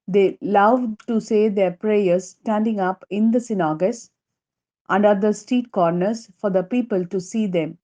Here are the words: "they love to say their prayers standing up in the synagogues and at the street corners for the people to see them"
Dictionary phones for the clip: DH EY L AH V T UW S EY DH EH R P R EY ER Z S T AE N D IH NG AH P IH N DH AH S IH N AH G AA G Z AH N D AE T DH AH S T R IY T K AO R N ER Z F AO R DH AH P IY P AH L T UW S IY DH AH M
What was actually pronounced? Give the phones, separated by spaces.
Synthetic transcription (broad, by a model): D EY L AH V T UW S EY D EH R P R EY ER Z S T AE N D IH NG AH P IH N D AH S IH N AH G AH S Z AH N D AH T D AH S T IY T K AO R N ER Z F AO R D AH P IY P AH L T UW S IY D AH M